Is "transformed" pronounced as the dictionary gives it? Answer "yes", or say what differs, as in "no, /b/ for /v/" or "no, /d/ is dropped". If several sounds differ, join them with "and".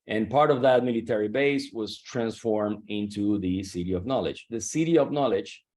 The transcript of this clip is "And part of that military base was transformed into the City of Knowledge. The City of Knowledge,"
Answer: yes